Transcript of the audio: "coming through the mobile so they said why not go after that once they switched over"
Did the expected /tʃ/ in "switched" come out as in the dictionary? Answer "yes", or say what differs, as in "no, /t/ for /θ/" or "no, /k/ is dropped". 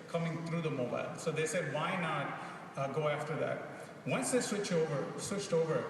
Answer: yes